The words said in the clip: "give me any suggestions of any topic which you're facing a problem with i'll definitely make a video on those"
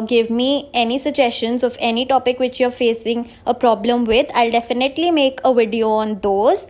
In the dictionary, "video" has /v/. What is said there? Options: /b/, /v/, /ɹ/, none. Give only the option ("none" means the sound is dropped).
/v/